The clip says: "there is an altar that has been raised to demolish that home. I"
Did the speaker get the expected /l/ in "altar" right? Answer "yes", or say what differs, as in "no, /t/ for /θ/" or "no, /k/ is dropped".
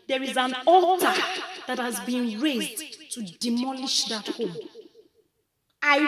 no, /l/ is dropped